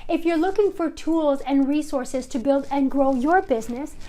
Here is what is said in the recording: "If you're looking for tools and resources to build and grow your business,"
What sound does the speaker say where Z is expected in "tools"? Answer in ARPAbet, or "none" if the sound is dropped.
Z